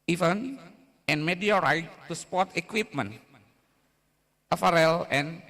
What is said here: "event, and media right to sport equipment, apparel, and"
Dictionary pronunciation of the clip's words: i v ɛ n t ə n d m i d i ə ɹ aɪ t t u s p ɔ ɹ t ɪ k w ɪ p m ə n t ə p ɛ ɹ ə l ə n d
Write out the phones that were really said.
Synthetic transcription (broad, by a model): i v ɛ n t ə n m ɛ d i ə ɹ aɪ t t u s p ɔ ɹ t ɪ k w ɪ p m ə n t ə f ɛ ɹ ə l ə n